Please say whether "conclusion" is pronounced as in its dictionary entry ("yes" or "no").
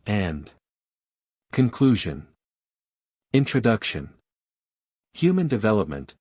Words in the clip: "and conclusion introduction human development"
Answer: yes